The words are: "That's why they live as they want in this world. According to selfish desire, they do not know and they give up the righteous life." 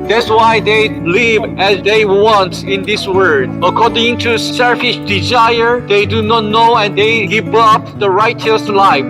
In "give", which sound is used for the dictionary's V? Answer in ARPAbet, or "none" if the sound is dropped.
P